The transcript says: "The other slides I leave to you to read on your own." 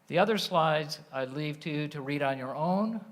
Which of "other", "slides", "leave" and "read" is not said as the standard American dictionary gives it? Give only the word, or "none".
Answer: none